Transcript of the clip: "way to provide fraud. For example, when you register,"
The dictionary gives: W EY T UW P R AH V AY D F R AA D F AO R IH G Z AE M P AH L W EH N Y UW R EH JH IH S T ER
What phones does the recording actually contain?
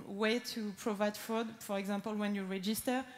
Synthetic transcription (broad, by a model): W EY T UW P R AH V AY D F AA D F AO R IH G Z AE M P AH L W EH N Y UW R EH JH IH S T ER